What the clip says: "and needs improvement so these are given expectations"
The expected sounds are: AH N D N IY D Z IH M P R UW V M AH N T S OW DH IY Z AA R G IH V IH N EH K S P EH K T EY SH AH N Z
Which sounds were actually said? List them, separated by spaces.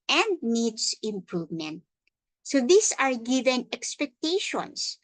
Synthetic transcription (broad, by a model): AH N D N IY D S IH M P R UW V M AH N T S OW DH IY S AA R G IH V IH N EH K S P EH K T EY SH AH N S